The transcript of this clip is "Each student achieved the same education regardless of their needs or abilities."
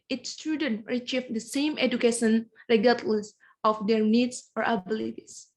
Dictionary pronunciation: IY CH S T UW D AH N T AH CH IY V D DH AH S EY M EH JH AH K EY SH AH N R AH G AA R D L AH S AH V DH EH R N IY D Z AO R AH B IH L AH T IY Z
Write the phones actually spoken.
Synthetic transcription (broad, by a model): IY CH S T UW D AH N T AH CH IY F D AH S EY M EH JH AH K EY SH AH N R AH G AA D L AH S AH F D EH R N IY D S AO R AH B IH L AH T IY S